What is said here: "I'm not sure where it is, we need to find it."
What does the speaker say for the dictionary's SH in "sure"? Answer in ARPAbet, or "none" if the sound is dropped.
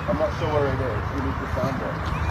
S